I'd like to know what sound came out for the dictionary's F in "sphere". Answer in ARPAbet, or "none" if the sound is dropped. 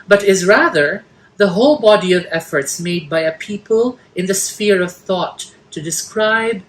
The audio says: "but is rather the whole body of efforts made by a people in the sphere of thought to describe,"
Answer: F